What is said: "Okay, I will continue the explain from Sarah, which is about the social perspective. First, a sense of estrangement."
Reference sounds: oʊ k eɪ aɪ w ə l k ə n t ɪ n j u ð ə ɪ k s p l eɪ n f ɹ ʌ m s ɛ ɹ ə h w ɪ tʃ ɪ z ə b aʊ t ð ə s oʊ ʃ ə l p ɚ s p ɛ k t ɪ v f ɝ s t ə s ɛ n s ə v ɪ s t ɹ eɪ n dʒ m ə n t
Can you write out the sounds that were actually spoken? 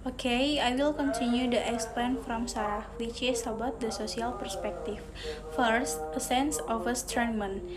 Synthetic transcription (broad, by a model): oʊ k eɪ aɪ w ə l k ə n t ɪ n j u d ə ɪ k s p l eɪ n f ɹ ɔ m s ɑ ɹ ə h w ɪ tʃ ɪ s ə b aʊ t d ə s oʊ s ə l p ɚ s p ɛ k t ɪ f f ɝ s t ə s ɛ n s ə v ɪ s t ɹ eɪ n m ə n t